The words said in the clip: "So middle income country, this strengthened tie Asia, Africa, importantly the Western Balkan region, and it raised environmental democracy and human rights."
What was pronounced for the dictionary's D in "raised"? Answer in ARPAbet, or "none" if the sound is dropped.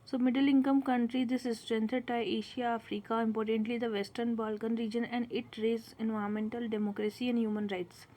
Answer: none